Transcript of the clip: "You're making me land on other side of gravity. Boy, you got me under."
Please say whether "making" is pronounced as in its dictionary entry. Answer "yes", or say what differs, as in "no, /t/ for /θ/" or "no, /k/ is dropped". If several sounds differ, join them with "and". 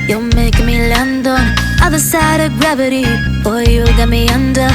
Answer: no, /k/ is dropped